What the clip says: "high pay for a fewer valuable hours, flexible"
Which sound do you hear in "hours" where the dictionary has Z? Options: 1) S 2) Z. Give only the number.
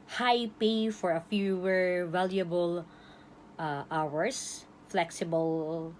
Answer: 1